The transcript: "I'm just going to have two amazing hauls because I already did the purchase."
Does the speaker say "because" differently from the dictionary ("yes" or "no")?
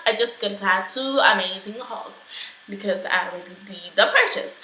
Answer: no